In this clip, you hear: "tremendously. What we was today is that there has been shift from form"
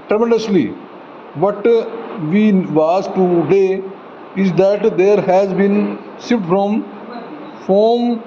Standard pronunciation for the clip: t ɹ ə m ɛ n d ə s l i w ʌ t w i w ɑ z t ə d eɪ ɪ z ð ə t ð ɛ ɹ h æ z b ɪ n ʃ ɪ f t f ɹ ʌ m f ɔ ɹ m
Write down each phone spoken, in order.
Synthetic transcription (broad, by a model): t ɹ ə m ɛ n d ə s l i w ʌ t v i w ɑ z t ə d eɪ ɪ z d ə t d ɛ ɹ h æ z b ɪ n s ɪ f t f ɹ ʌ m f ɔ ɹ m